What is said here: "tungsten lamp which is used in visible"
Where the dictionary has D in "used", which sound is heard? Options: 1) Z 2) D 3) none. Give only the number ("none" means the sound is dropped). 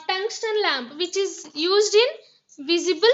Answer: 2